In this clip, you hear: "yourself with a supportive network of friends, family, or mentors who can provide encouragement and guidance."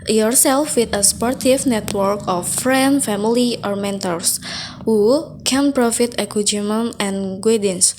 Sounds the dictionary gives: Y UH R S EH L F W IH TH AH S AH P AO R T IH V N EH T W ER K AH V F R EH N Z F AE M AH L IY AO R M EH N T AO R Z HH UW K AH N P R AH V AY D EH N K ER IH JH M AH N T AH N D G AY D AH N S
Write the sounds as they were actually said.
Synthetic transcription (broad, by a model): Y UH R S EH L F W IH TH AH S P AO R T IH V N EH T W ER K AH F R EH N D F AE M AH L IY AO R M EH N T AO R S HH UW K AH N P R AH F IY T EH K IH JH M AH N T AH N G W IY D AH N S